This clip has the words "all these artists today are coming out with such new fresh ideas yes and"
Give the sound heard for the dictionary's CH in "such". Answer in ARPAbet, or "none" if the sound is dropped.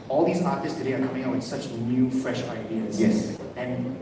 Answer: CH